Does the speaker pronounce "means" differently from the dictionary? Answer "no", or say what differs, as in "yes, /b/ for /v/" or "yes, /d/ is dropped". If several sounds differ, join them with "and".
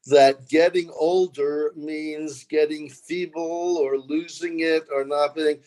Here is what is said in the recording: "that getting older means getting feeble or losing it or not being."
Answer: no